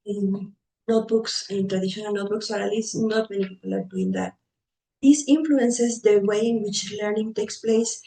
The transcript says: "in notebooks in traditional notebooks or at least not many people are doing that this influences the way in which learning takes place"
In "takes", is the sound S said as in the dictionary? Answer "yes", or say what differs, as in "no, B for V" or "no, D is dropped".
yes